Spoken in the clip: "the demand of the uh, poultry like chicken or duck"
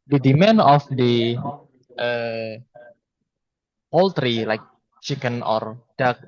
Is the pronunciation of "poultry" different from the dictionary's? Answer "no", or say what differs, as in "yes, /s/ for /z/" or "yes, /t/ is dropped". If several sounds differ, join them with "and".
no